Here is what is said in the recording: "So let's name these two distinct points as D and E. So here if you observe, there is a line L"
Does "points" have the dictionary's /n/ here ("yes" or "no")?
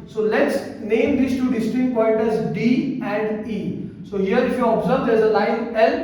no